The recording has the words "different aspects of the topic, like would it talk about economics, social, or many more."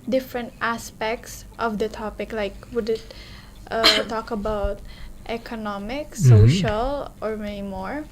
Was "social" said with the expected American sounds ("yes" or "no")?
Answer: yes